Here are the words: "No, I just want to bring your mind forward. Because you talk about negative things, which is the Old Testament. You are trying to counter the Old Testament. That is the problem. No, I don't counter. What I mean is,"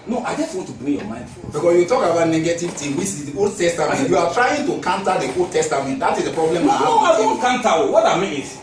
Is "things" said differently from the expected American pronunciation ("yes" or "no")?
yes